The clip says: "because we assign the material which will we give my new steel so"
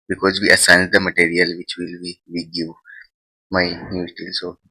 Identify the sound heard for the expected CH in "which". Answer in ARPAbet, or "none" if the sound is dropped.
CH